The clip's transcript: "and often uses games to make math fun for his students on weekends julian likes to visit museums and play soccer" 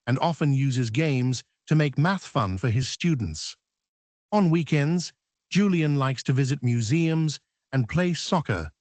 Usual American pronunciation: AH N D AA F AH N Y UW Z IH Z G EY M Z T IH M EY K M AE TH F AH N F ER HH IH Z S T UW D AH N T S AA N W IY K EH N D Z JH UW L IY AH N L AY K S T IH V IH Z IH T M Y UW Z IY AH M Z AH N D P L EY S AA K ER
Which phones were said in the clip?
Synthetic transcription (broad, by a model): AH N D AA F AH N Y UW Z IH Z G EY M Z T IH M EY K M AE TH F AH N F ER IH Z S T UW D N T S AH N W IY K EH N D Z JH UW L IY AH N L AY K S T IH V IH Z IH T M Y UW Z IY AH M Z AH N P L EY S AA K ER